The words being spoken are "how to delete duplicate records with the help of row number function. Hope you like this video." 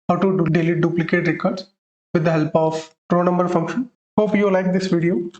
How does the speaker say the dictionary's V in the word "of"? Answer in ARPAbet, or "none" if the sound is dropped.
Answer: P